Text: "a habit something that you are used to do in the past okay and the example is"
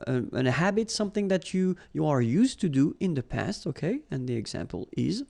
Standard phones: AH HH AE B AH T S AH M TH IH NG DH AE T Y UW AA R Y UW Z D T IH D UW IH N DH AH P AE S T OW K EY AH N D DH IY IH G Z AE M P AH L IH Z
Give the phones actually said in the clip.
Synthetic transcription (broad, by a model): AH HH AE B AH T S AH M TH IH NG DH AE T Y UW AA R Y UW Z T IH D UW IH N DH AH P AE S T OW K EY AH N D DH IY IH G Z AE M P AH L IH Z